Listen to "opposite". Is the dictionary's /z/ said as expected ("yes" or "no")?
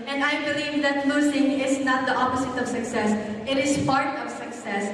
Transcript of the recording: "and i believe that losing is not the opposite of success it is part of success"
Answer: no